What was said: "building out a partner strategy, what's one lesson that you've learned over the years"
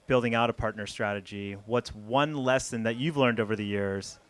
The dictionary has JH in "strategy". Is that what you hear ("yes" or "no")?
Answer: yes